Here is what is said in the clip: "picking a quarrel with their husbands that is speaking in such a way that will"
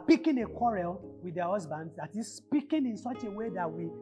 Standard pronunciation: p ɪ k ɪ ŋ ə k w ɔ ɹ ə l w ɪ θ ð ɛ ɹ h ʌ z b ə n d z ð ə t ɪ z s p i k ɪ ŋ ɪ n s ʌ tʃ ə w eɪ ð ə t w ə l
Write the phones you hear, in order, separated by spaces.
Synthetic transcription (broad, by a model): p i k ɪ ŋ ə k w ɔ ɹ ə l w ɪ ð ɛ h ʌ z b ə n d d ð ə t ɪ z s p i k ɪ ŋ ɪ n s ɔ tʃ ə w eɪ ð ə t w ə